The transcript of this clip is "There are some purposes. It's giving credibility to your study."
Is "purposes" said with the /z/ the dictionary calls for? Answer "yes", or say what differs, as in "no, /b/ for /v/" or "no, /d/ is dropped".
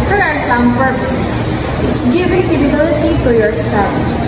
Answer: no, /s/ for /z/